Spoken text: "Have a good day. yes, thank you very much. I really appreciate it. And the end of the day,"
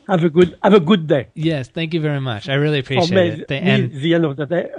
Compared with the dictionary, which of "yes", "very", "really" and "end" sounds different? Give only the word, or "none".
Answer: end